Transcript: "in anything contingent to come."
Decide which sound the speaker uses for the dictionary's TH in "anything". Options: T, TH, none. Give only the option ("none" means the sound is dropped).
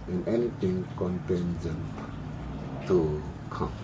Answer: T